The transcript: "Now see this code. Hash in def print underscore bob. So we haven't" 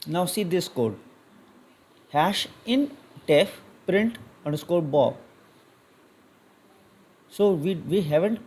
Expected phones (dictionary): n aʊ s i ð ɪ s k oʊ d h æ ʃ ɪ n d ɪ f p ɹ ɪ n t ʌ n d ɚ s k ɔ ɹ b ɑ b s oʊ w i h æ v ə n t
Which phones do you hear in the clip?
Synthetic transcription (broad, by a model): n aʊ s i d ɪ s k oʊ d h æ ʃ ɪ n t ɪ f p ɹ ɪ n t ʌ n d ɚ s k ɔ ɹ b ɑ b s oʊ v i h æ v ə n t